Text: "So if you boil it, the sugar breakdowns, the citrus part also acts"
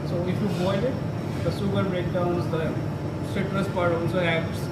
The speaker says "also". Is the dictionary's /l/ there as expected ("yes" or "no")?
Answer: no